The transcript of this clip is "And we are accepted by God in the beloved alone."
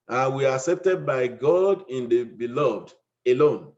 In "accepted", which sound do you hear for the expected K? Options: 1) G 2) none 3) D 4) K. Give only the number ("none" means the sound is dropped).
4